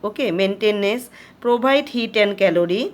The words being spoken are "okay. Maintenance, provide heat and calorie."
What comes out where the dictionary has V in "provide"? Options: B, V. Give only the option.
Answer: B